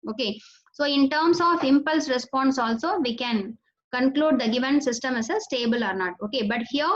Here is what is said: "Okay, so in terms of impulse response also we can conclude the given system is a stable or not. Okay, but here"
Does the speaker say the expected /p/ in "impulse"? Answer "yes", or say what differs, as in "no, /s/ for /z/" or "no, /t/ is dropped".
yes